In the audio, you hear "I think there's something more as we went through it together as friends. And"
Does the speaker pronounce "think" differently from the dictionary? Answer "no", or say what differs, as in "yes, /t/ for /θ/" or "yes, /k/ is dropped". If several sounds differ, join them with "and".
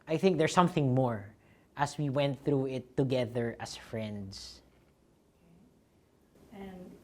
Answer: no